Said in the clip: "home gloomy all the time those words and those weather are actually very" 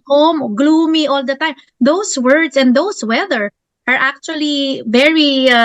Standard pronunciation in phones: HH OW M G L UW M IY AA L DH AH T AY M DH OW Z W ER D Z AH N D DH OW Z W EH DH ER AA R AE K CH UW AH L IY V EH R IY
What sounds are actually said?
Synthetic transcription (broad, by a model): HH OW M G L UW M IY AA L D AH T AY M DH OW S W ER D S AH N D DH OW S W EH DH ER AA R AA K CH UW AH L IY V EH R IY